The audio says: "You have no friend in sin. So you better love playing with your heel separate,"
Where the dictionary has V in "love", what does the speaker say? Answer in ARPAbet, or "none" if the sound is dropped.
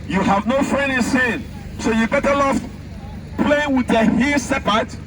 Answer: F